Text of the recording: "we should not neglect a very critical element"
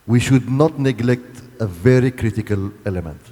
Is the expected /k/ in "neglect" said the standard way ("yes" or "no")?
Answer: yes